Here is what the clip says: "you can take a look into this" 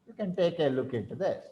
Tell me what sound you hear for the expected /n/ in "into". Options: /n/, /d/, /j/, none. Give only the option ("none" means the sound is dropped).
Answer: none